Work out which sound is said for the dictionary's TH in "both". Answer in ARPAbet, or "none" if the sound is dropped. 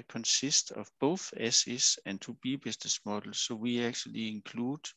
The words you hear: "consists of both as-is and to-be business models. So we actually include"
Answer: TH